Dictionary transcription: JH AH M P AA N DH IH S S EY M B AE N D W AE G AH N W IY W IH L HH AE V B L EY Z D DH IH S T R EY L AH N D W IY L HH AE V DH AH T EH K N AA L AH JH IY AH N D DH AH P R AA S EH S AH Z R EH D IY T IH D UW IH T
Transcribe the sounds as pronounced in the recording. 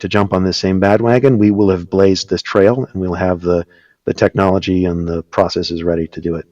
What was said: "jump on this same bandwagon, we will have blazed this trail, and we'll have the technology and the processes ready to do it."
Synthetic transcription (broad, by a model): JH AH M P N DH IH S S EY M B AE D W AE G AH N W IY W IH L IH V B L EY Z DH IH S T R EY L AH N W IY L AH V DH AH T EH K N AA L AH JH IY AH N DH AH P R AA S EH S AH Z R EH D IY T IH D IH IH T